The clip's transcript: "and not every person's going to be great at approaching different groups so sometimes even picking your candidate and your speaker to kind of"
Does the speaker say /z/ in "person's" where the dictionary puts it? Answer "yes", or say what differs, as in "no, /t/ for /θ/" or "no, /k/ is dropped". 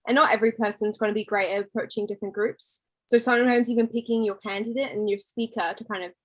yes